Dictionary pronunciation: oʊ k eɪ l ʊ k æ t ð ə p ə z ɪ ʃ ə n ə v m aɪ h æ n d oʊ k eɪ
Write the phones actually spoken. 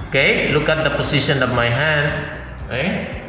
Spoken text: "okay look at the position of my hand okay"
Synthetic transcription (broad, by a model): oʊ k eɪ l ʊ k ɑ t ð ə p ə s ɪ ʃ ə n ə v m aɪ h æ n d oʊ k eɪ